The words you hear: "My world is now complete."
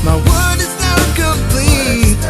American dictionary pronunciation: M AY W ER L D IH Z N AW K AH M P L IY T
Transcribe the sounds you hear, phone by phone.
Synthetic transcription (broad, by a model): M AY W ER D IH Z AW K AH M P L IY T